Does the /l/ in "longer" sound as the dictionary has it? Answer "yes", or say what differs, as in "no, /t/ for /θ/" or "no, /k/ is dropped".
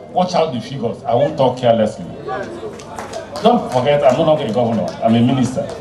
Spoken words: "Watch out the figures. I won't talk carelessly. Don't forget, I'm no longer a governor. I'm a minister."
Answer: no, /n/ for /l/